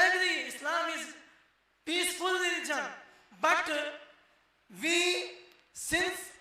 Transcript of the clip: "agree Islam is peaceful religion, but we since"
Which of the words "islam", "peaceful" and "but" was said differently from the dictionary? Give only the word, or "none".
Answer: none